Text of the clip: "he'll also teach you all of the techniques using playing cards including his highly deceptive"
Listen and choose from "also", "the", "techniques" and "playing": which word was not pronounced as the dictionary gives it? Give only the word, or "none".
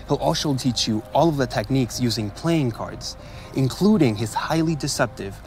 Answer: also